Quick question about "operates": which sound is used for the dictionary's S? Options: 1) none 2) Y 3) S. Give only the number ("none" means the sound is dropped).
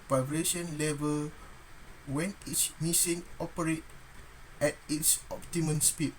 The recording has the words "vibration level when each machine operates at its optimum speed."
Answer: 1